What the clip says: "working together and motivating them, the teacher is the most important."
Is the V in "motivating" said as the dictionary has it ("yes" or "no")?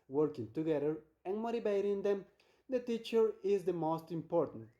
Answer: no